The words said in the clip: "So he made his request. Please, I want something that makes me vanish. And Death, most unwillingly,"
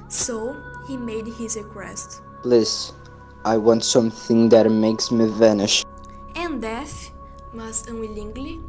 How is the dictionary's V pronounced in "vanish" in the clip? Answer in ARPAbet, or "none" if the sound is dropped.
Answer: V